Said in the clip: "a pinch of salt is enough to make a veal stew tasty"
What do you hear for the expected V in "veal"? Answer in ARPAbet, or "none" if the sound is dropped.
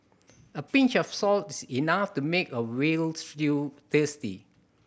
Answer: W